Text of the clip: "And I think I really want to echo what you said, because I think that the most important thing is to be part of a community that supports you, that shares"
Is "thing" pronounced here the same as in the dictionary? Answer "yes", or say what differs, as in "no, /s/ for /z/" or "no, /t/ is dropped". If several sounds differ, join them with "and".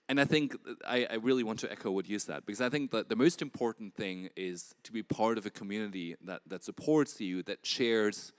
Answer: yes